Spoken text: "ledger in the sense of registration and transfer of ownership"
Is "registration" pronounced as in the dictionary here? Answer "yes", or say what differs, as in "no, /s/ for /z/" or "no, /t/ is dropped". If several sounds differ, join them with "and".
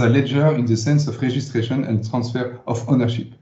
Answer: no, /ʒ/ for /dʒ/